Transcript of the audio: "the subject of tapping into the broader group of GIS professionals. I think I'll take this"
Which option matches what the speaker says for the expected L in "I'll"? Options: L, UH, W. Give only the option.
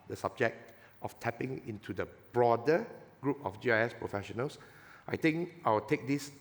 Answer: W